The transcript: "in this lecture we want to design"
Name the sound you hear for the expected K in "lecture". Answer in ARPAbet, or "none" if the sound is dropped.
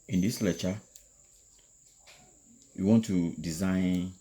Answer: none